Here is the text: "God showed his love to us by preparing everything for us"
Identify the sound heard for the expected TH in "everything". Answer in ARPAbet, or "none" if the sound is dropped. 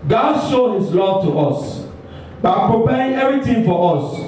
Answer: T